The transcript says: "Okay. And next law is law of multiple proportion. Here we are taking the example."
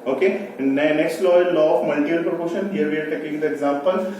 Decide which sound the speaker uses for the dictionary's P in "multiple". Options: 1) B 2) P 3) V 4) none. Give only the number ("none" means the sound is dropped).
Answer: 4